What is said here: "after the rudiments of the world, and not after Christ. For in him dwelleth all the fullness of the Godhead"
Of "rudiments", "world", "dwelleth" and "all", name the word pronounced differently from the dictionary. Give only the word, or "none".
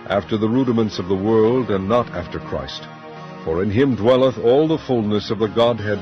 none